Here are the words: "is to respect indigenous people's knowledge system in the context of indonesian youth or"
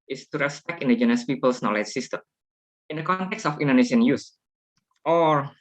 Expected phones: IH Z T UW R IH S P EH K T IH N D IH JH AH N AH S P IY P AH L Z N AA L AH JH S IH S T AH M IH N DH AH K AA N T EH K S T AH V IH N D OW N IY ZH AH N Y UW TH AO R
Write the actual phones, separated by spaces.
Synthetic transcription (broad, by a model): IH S T UW R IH S P EH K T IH N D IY JH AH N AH S P IY P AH L S N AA L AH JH S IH S T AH M IH N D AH K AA N T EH K S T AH F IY N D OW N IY SH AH N Y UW S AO R